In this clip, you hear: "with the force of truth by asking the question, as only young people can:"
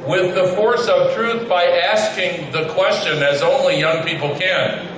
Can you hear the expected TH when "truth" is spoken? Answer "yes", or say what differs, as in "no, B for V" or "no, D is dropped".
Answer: yes